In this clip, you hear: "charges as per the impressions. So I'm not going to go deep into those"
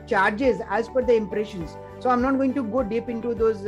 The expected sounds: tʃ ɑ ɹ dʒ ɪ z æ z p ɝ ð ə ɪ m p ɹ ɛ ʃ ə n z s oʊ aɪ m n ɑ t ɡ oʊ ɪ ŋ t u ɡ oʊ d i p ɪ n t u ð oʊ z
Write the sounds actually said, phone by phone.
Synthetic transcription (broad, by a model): tʃ ɑ ɹ dʒ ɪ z æ z f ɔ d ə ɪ m p ɹ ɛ ʃ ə n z s oʊ aɪ m n ɑ t ɡ oʊ ɪ ŋ t u ɡ oʊ d i p ɪ n t u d oʊ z